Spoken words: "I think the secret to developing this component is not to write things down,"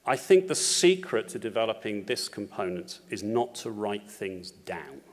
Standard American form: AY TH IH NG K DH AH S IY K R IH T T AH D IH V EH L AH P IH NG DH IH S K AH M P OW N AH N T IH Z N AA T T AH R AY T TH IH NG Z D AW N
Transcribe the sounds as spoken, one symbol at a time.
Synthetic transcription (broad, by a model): AY TH IH NG K DH AH S IY K R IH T T AH D IH V EH L AH P IH NG DH IH S K AH M P OW N AH N T IH Z N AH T T AH R AY T TH IH NG Z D AW N